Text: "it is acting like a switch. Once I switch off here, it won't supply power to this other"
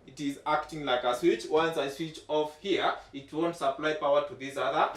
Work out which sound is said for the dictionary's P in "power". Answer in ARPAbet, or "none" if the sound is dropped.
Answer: P